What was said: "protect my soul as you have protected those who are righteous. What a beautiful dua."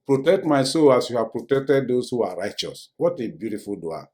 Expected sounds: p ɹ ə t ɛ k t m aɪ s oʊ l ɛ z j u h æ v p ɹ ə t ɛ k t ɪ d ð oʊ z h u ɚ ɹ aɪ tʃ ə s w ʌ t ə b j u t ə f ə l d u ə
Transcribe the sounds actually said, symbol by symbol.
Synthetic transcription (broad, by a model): p ɹ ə t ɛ k t m aɪ s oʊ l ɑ s j u h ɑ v p ɹ ə t ɛ k t ɪ d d oʊ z h u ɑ ɹ aɪ tʃ ə s w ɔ t ə b j u t ə f ə l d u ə